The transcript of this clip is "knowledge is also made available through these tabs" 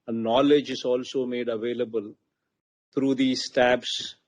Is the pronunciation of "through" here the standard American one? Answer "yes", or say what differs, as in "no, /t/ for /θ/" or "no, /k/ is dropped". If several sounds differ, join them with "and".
no, /t/ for /θ/